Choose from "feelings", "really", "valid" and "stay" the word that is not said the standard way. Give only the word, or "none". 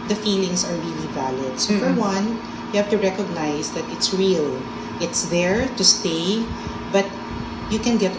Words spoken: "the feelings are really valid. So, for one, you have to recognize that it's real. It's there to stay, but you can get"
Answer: feelings